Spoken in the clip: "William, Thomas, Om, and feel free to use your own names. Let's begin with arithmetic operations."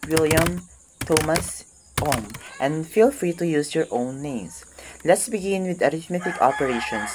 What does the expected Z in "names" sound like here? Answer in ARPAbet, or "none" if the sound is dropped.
S